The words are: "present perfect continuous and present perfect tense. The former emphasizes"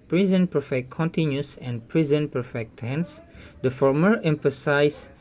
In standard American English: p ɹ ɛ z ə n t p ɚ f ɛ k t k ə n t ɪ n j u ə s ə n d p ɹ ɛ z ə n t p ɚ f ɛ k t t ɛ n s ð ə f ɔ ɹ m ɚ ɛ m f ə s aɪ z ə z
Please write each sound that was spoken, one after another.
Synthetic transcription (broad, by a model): p ɹ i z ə n p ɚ f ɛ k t k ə n t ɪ n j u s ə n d p ɹ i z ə n p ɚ f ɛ k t t ɛ n s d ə f ɔ ɹ m ɚ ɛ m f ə s aɪ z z